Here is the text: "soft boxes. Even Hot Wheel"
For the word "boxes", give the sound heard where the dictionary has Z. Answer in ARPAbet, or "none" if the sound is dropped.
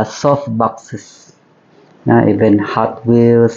none